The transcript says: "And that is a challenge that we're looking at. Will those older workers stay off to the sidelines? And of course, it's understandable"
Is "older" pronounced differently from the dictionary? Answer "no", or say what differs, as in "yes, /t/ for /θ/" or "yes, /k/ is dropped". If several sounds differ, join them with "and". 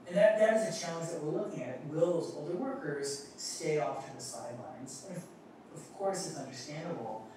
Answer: no